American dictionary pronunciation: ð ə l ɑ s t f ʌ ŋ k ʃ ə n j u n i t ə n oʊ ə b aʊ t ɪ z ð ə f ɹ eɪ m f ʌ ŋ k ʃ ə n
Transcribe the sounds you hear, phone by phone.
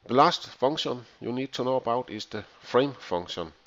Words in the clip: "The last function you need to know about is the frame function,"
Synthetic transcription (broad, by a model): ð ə l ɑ s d f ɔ ŋ ʃ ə n j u n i s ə n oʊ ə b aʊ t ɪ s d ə f ɹ eɪ m f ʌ ŋ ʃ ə n